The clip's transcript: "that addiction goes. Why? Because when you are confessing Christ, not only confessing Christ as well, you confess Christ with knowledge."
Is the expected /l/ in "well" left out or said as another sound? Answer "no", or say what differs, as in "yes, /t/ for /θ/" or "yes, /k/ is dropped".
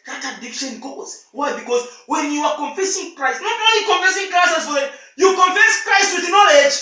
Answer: yes, /n/ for /l/